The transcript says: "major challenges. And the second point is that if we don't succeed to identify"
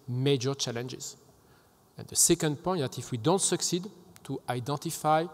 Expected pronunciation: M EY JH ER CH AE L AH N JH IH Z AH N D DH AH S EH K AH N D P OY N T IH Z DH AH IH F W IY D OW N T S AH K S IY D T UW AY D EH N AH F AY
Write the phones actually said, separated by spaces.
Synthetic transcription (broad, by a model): M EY JH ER CH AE L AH N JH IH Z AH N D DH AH S EH K AH N D P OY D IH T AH F W IY D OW N T S AH K S IY D T UW AY D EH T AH F AY